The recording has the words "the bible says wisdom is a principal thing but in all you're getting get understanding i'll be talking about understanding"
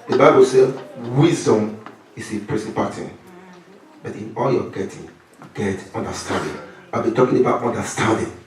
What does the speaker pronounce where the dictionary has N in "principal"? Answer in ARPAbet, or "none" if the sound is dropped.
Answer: none